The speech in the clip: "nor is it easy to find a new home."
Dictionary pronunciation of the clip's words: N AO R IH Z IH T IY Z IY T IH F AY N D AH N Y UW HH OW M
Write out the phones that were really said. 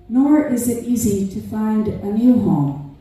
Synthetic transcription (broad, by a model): N AO R IH Z IH T IY Z IY T IH F AY N D AH N Y UW HH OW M